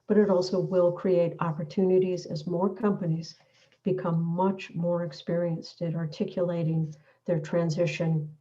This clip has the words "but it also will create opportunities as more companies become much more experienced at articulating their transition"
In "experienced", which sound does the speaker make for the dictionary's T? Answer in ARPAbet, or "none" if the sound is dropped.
T